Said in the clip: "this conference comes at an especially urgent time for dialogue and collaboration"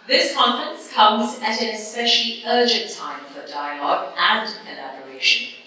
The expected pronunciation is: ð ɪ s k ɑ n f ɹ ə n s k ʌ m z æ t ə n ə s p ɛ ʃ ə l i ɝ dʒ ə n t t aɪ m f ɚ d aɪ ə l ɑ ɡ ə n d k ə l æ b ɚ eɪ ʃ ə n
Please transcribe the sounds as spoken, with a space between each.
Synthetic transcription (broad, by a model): ð ɪ s k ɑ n f ɹ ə n s k ʌ m z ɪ t ə n ə s p ɛ ʃ ə l i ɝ dʒ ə n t t aɪ m f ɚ d aɪ ə l ɑ ɡ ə n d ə l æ b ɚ eɪ ʃ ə n